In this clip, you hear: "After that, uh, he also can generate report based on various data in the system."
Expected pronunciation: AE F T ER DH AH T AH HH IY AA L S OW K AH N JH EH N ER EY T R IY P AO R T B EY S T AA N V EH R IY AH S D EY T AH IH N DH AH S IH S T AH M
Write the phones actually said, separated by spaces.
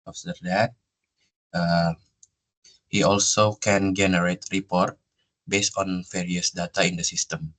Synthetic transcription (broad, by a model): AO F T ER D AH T AH HH IY AA L S OW K AH N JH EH N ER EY T R IY P AO R T B EY S T AA N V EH R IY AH S D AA T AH IH N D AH S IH S T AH M